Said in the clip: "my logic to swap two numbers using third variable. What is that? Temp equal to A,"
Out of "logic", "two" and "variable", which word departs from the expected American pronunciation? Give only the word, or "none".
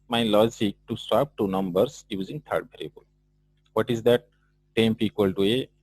variable